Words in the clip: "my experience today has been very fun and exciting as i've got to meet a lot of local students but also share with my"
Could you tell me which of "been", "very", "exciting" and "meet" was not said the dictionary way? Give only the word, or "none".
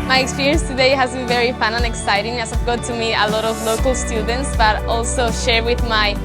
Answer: meet